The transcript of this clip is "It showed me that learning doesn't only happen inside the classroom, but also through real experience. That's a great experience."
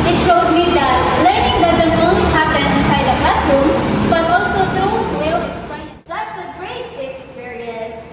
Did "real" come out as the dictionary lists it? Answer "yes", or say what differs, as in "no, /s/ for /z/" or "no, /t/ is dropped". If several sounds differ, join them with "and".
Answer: no, /w/ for /ɹ/